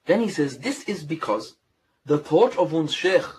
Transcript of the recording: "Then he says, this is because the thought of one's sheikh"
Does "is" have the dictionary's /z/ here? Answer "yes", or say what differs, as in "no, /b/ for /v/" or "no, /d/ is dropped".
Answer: yes